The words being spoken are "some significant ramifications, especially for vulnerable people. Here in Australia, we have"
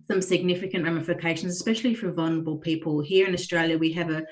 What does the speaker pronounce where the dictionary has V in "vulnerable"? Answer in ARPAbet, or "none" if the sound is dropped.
V